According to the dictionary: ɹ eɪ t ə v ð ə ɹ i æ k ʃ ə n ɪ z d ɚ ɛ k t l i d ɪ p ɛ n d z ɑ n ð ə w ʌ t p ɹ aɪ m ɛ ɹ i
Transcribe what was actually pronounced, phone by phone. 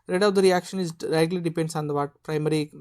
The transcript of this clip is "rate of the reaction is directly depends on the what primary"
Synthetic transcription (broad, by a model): ɹ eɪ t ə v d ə ɹ i æ k ʃ ə n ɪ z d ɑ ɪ t l i d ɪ p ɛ n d s ɑ n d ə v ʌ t p ɹ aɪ m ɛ ɹ i